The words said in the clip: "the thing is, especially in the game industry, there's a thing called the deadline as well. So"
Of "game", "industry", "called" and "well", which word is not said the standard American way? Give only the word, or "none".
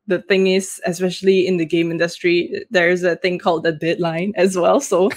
none